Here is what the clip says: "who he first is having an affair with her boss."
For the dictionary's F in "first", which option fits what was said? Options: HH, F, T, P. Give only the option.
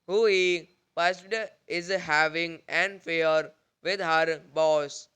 P